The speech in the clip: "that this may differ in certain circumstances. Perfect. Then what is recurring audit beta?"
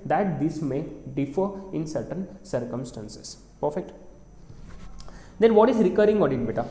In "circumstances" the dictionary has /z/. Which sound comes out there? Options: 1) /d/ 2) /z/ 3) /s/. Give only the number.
3